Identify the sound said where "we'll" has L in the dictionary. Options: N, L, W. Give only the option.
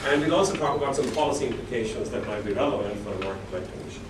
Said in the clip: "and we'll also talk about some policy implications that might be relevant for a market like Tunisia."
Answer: N